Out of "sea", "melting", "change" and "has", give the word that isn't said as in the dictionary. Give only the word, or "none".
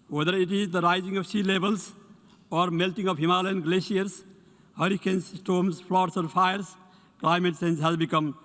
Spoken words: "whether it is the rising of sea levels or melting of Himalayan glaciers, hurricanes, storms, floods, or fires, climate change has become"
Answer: change